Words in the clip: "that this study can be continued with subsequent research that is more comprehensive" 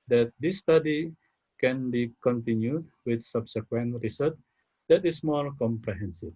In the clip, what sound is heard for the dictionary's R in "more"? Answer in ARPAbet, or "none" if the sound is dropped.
L